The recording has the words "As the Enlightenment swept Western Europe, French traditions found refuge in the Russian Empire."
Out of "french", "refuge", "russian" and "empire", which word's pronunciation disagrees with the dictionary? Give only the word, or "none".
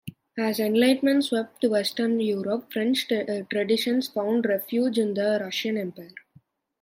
none